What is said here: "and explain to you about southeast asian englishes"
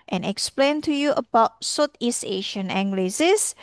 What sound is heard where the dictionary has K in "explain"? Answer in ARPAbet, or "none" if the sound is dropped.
K